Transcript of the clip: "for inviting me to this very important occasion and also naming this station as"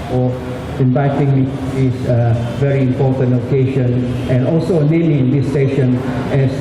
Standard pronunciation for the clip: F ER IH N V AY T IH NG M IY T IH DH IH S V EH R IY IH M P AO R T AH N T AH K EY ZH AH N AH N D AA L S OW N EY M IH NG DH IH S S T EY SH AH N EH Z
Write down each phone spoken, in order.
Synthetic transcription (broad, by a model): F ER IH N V AY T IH NG M IY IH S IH V EH R IY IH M P AO R T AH N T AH K EY SH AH N AH N D AA L S OW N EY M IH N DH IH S S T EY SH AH N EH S